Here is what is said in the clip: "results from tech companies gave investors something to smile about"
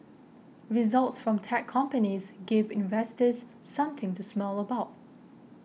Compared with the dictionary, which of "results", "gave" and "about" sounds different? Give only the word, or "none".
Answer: none